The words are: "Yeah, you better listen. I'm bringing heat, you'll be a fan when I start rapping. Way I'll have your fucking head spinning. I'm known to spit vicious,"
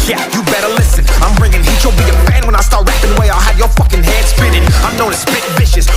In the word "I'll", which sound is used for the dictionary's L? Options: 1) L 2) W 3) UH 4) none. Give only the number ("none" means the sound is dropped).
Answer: 1